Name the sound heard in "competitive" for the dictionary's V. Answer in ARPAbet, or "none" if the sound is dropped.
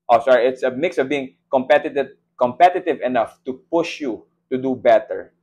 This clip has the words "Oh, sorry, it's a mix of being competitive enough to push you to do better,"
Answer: V